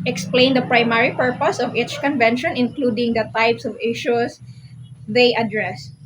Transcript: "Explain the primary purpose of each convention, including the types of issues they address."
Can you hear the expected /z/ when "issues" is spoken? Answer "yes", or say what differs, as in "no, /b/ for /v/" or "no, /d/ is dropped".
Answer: no, /s/ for /z/